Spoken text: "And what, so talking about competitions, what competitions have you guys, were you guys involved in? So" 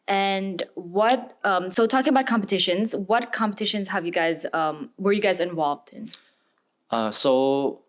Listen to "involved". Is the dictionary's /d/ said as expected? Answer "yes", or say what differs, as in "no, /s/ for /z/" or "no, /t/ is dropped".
yes